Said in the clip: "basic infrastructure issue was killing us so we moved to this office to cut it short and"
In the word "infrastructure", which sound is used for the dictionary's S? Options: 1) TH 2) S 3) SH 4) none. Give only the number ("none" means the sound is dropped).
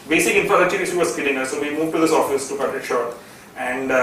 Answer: 4